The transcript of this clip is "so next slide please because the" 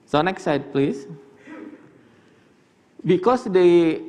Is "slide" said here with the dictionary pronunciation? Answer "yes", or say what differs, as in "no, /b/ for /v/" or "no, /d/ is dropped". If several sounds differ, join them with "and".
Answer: no, /l/ is dropped